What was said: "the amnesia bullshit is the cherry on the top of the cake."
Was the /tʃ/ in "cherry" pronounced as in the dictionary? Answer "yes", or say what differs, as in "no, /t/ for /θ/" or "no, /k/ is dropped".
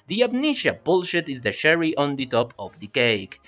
no, /ʃ/ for /tʃ/